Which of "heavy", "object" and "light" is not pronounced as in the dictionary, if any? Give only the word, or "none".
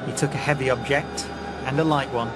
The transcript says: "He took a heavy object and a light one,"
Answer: none